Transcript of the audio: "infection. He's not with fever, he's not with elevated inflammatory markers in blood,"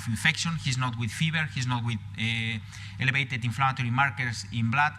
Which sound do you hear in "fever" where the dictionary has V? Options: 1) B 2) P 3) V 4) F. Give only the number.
1